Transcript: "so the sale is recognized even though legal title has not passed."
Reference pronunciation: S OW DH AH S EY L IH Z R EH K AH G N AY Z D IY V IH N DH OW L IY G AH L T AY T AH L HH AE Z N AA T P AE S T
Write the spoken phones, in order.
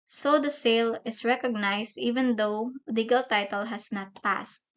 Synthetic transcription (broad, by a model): S OW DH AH S EY L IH S R EH K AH G N AY S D IY V IH N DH OW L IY G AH L T AY T AH L HH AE S N AA T P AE S T